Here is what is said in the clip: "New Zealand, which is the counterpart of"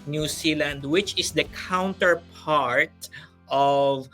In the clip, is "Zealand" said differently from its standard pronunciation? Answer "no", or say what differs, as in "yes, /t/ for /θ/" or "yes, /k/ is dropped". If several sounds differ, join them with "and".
yes, /s/ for /z/